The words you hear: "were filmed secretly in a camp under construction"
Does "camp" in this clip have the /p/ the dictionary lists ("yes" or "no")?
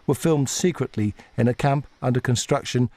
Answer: yes